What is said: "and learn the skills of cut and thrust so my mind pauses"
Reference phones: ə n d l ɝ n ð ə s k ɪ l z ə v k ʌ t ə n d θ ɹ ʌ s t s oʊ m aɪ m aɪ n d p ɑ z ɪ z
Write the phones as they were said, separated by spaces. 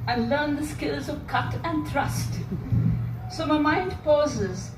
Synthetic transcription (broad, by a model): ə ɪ l ɝ n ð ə s k ɪ l z ə v k ʌ t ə n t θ ɹ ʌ s t s oʊ m aɪ m aɪ n d p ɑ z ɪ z